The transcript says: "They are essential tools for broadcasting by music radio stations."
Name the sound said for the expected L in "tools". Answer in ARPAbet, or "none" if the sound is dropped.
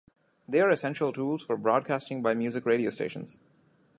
L